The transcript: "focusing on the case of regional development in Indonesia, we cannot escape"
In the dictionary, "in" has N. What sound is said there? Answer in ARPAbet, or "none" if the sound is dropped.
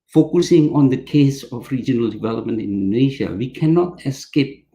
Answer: N